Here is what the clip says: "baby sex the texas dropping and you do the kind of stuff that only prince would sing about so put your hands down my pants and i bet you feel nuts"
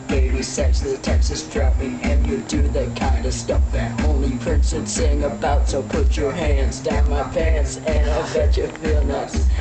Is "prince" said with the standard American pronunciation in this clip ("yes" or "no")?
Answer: yes